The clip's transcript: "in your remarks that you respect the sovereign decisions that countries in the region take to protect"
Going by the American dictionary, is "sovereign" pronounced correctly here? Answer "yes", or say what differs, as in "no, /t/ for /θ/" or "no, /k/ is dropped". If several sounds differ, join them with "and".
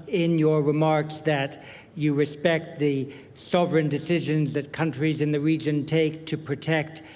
yes